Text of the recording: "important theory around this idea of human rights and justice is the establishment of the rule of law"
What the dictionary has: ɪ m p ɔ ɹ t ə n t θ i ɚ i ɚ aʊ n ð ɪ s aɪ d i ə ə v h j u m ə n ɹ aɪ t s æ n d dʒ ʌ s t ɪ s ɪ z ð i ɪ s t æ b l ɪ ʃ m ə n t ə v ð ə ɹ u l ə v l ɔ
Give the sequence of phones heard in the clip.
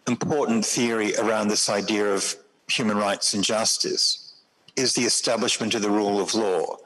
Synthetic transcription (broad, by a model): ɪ m p ɔ ɹ t n θ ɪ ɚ i ɚ aʊ n ð ɪ s aɪ d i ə ə v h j u m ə n ɹ aɪ t s n dʒ ʌ s t ɪ s ɪ z ð i ɪ s t æ b l ɪ ʃ m ə n t ə v ð ə ɹ u l ə v l ɔ